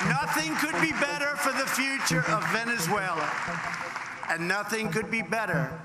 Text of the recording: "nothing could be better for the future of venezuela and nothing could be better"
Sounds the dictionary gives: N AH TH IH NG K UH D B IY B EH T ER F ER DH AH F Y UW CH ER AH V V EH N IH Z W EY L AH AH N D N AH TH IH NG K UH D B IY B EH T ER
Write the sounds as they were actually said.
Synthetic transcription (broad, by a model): N AH TH IH NG K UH D B IY B EH T ER F ER DH AH F Y UW CH ER AH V V EH N IH Z W EY L AH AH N N AH TH IH NG K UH D B IY B EH T ER